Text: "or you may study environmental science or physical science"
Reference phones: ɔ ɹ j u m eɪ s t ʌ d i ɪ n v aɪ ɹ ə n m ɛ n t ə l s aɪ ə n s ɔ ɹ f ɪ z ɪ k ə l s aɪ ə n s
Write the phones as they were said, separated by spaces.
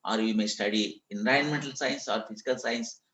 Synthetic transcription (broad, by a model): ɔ ɹ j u m eɪ s t ʌ d i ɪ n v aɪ ə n m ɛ n t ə l s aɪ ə n s ɔ ɹ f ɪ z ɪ k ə l s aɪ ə n s